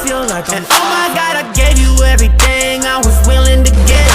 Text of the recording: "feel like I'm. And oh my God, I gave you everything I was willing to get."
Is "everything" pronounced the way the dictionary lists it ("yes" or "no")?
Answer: yes